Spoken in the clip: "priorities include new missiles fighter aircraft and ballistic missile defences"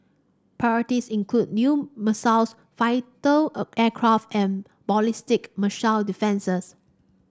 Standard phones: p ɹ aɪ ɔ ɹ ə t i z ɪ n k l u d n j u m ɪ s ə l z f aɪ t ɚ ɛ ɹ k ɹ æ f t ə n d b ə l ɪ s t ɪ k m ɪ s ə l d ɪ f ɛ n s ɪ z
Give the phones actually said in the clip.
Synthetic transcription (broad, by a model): p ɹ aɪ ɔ ɹ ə t i s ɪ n k l u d n j u m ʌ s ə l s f aɪ t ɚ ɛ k ɹ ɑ f t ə n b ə l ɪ s t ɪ k m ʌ ʃ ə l d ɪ f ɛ n s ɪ s